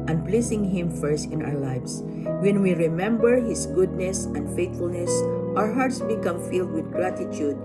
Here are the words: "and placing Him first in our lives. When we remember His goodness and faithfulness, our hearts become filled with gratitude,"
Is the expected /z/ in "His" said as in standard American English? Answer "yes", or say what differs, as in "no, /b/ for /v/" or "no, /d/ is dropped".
no, /s/ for /z/